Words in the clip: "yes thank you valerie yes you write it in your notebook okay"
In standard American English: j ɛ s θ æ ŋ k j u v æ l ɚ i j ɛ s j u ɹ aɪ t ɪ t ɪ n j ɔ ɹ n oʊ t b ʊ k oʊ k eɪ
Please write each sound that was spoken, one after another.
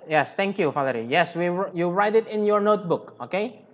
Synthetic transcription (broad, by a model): j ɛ s t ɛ ŋ k j u f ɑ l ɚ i j ɛ s j u ɹ aɪ t ɪ t ɪ n j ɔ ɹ n oʊ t b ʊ k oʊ k eɪ